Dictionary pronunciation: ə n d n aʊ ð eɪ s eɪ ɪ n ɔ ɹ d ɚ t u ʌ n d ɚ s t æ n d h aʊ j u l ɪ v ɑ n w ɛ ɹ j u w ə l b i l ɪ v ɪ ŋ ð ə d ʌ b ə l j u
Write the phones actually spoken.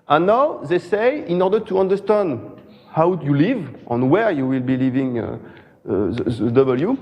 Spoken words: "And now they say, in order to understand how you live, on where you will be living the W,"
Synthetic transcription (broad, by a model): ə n n aʊ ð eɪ s eɪ ɪ n ɔ ɹ d ɚ t u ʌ n d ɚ s t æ n d h aʊ j u l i v ɑ n w ɛ ɹ j u w ə l b i l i v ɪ ŋ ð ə d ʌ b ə l j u